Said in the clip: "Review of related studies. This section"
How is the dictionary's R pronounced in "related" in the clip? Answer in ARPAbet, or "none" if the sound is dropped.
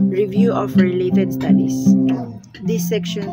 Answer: R